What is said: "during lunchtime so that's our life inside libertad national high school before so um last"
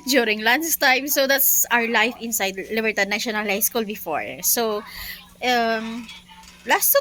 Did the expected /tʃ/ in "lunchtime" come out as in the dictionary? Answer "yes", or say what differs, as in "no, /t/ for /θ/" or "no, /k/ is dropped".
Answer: no, /s/ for /tʃ/